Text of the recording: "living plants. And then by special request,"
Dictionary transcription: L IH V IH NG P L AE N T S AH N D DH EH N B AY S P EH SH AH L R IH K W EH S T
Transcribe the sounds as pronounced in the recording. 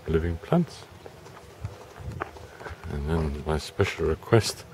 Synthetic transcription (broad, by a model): L IH V IH NG P L AE N T S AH N DH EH N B AY S P EH SH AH L R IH K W EH S T